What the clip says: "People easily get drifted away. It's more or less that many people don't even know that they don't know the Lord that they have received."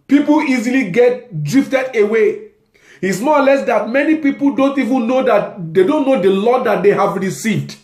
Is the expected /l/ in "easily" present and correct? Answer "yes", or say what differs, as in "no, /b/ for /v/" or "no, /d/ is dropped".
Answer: yes